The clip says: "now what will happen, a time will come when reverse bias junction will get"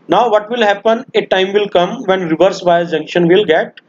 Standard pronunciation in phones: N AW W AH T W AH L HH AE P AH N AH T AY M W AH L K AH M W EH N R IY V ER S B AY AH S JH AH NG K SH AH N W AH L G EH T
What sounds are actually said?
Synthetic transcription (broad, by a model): N AW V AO T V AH L HH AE P AH N AH T AY M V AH L K AH M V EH N R IY V ER S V AY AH JH AH NG K SH AH N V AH L G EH T